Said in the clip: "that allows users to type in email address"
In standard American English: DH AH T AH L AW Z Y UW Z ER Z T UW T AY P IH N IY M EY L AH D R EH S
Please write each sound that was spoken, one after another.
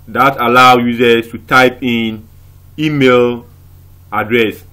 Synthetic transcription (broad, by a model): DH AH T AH L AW Y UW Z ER S T UW T AY P IH N IY M EY L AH D R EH S